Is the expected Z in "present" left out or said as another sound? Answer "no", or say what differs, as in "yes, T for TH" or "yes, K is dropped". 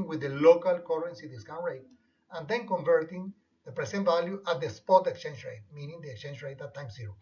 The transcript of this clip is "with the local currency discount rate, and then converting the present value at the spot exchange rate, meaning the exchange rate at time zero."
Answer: yes, S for Z